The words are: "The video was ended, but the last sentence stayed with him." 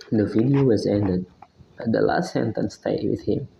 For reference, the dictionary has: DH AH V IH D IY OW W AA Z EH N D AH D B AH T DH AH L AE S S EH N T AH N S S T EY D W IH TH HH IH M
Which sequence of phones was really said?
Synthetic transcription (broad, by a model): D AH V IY D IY OW W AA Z EH N D AH D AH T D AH L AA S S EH N T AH N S S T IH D W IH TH HH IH M